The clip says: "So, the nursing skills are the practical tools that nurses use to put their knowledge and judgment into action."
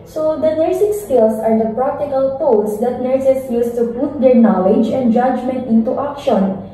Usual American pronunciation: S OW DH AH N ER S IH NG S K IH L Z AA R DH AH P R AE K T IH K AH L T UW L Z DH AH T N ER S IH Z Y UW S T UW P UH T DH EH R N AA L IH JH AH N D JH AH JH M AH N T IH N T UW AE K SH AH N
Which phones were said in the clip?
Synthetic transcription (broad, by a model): S OW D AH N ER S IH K S K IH L S AA R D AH P R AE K T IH K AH L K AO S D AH T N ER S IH S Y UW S T UW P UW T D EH R N AA L IH JH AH N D JH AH JH M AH N T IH N T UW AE K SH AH N